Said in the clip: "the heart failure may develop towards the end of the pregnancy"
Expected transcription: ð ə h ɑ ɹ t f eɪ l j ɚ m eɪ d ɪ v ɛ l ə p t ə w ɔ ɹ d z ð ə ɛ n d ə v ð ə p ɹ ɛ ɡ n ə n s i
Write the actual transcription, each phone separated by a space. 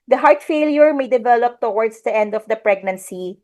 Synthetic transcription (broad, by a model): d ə h ɑ ɹ t f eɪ l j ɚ m eɪ d ɪ v ɛ l ə p t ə w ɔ ɹ d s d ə ɛ n d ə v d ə p ɹ ɛ ɡ n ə n s i